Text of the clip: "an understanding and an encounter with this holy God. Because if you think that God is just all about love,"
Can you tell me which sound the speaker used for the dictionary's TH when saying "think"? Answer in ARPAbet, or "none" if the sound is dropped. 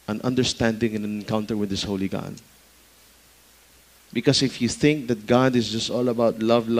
TH